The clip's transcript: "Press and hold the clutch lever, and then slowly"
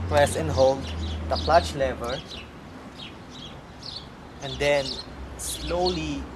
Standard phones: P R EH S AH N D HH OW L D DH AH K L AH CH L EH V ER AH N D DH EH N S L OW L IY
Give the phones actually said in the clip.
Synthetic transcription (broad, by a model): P R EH S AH N HH OW L D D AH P L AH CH L EH V ER AH N D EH N S L OW L IY